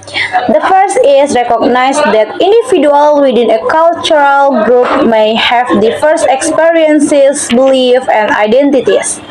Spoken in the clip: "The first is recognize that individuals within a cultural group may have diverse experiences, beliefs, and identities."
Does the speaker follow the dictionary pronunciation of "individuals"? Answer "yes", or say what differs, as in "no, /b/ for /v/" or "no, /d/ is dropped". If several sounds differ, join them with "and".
no, /z/ is dropped